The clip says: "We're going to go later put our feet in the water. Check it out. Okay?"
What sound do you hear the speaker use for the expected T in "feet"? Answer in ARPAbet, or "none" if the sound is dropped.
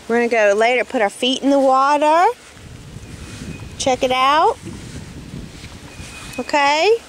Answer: T